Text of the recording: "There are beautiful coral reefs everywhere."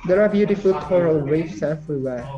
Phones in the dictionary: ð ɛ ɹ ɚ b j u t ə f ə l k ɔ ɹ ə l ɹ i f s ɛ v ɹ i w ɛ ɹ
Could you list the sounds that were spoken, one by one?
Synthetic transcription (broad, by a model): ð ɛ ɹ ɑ b j u t ə f ə l k ɔ ɹ ə l w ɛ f s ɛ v ɹ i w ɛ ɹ